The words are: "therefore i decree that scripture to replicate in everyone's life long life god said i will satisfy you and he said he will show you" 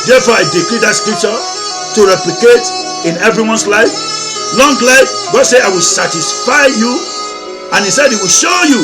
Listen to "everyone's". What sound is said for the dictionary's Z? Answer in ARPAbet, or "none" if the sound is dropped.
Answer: S